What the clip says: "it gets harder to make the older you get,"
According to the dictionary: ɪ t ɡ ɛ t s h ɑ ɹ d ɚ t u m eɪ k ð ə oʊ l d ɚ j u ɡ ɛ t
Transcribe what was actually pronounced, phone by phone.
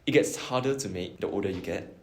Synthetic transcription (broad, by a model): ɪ t ɡ ɛ t s h ɑ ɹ d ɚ t u m eɪ k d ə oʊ d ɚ j u ɡ ɛ t